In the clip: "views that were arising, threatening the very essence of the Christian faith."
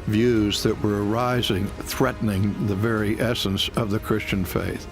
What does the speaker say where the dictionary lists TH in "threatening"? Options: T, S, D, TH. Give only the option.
TH